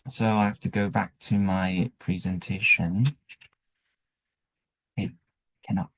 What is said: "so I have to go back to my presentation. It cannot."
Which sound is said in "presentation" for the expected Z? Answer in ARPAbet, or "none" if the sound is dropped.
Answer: Z